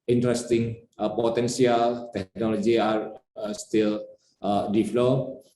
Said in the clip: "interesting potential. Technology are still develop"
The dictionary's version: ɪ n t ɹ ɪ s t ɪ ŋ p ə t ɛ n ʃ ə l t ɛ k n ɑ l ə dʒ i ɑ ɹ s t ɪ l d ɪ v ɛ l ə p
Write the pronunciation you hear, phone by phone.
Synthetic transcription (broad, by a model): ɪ n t ɹ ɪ s t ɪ ŋ p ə t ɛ n s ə l t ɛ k n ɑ l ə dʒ i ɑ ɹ s t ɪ l d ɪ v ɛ l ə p